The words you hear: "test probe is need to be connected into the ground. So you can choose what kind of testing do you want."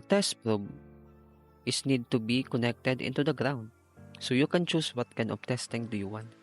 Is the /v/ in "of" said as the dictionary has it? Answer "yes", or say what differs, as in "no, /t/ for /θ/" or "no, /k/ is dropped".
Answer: no, /b/ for /v/